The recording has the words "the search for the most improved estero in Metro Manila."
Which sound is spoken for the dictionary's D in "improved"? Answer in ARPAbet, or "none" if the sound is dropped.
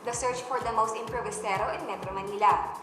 none